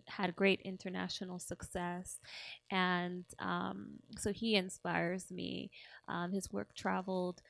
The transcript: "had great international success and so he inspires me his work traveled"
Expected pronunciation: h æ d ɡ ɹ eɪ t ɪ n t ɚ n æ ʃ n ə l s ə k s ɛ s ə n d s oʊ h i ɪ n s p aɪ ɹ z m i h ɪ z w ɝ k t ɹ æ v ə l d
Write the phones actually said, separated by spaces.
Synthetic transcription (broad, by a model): h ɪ d ɡ ɹ eɪ t ɪ n t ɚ n æ ʃ n l s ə k s ɛ s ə n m s oʊ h i ɪ n s p aɪ ɹ z m i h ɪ z w ɝ k t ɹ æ v l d